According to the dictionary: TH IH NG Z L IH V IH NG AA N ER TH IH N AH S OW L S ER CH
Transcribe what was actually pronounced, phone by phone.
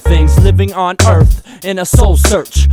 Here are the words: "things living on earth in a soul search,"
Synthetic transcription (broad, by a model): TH IH NG Z L IH V IH NG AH N ER TH IH N AH S OW L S ER CH